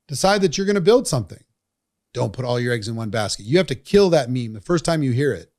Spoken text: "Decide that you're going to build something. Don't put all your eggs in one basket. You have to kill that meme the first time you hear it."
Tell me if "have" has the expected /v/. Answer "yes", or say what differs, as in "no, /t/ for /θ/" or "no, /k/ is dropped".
no, /f/ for /v/